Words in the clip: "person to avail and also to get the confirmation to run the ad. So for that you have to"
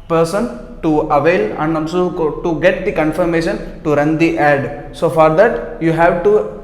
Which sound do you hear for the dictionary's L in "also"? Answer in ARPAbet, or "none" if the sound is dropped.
N